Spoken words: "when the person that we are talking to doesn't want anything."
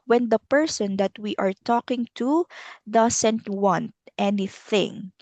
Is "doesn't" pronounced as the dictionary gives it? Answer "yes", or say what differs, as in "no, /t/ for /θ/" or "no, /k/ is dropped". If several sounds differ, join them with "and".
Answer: no, /s/ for /z/